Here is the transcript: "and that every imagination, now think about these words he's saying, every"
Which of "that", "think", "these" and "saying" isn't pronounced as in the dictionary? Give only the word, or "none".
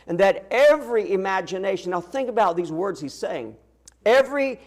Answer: none